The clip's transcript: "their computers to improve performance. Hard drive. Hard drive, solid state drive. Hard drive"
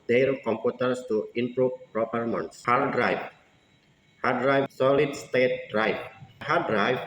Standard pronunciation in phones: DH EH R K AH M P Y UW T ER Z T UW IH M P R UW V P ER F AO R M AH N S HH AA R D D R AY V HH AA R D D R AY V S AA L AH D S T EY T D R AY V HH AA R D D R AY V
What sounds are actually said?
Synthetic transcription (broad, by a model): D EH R K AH M P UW T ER S T UW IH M P R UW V P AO P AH R M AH N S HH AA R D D R AY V HH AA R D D R AY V S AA L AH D S T EY T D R AY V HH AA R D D R AY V